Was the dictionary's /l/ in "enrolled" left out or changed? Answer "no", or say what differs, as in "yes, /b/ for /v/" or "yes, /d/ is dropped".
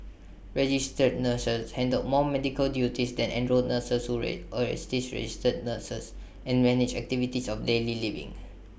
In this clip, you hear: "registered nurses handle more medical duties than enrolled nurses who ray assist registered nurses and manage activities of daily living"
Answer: yes, /l/ is dropped